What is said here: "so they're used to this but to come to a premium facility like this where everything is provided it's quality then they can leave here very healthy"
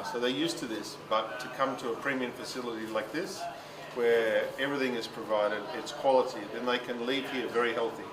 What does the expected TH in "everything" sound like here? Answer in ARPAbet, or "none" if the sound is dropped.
TH